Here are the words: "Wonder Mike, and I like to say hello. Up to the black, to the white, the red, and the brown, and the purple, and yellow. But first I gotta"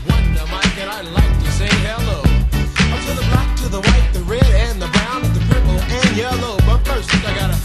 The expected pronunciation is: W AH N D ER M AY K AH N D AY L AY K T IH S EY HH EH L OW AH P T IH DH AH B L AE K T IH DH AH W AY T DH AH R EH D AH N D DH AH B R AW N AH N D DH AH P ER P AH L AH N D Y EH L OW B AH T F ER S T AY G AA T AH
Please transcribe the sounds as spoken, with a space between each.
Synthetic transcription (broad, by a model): W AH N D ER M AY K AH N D AY L AY K T IH S EY HH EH L OW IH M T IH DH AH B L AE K T IH DH AH W AY T DH AH R EH D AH N DH AH B R AW N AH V DH AH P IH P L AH N Y EH L OW B AH T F ER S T AY G AA T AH